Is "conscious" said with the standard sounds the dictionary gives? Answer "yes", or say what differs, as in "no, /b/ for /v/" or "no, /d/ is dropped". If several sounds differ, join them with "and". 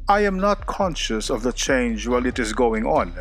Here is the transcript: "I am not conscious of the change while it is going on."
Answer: yes